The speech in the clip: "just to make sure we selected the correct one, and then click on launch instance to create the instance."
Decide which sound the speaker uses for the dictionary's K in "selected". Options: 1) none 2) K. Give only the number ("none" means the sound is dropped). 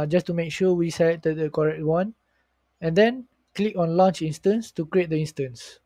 1